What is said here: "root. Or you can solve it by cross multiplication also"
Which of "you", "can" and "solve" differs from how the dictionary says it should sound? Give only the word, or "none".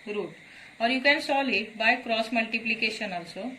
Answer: solve